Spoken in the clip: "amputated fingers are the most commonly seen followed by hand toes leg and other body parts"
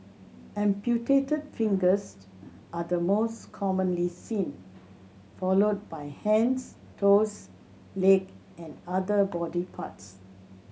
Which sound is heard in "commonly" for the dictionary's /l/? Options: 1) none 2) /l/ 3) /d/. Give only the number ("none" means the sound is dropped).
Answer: 2